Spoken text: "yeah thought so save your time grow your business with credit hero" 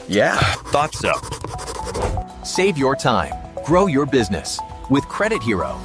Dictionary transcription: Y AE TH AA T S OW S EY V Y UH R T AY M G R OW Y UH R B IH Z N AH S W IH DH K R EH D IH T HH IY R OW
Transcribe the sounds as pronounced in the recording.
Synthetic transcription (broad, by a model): Y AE TH AA T S OW S EY V Y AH R T AY M G R OW Y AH R B IH Z N AH S W IH DH K R EH D IH T HH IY R OW